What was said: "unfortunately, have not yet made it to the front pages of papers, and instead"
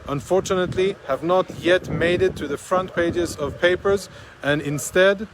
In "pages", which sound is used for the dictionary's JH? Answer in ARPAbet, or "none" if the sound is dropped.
JH